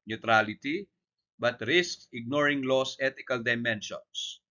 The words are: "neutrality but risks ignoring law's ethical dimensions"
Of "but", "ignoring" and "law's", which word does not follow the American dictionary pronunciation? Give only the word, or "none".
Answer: law's